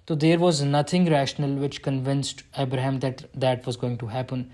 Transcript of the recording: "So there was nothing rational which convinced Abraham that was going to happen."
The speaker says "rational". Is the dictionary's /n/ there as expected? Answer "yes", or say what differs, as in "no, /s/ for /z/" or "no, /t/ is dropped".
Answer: yes